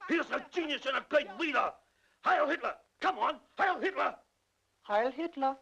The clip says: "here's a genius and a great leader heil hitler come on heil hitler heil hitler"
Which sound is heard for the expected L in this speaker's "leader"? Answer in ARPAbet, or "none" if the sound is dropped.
W